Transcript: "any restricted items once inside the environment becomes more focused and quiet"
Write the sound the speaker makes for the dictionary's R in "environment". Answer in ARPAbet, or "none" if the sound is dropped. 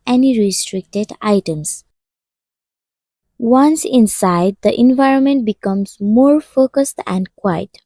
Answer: R